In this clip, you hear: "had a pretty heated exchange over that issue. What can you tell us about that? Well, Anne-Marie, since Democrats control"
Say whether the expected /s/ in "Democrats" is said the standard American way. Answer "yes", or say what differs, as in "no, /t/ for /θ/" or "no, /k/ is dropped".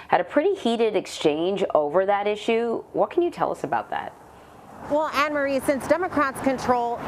yes